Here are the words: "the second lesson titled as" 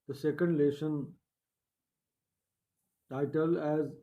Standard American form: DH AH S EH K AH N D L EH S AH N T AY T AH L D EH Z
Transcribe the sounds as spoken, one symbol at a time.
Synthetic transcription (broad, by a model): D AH S EH K AH N D L EH SH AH N T AY T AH L EH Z